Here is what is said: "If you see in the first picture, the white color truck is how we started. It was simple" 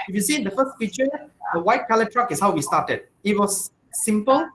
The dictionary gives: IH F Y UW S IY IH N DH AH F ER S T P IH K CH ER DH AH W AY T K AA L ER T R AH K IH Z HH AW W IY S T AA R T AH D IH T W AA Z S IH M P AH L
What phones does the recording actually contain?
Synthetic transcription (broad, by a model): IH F Y UW S IY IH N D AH F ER S T F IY CH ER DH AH W AY T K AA L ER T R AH K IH S HH AW W IY S T AA T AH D IH T W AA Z S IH M P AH L